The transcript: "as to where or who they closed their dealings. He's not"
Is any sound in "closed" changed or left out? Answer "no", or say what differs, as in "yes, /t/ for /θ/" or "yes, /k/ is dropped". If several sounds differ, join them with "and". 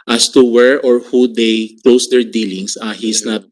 yes, /s/ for /z/